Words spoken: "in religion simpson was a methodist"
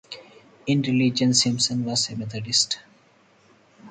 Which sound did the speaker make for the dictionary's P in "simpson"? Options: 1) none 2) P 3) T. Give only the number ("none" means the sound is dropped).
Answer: 1